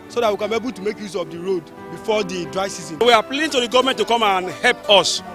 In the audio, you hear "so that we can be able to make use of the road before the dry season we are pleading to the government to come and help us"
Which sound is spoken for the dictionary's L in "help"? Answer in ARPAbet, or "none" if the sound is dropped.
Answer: L